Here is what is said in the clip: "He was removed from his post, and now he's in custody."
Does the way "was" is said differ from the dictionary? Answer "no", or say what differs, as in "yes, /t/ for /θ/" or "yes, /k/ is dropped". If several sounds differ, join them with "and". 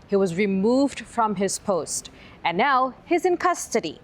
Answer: no